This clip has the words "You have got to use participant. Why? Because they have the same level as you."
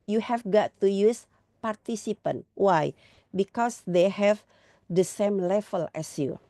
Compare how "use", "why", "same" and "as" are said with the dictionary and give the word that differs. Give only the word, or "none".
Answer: as